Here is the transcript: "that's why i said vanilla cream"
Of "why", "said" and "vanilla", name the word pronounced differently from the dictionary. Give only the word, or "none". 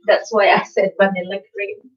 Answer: vanilla